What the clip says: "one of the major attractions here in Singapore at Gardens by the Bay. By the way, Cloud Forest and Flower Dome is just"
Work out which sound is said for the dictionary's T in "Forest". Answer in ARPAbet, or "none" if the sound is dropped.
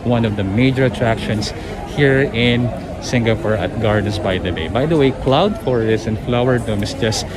none